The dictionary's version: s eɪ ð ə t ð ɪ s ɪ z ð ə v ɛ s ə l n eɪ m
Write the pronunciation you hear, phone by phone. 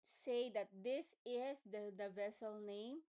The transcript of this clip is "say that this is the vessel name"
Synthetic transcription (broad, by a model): s eɪ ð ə t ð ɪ s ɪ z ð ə v ɛ s ə l n eɪ m